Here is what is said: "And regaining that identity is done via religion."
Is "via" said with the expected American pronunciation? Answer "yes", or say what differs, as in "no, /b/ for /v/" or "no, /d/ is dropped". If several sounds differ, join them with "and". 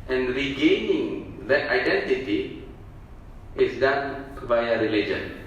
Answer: no, /b/ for /v/